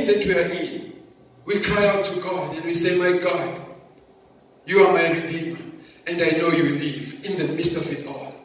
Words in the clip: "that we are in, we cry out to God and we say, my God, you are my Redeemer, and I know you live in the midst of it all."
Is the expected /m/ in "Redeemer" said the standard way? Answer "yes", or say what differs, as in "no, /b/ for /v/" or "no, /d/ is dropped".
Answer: no, /m/ is dropped